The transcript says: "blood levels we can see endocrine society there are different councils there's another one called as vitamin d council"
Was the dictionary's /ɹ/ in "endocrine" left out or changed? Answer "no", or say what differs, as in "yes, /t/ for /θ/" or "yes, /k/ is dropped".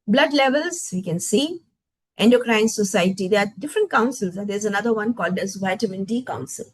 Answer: no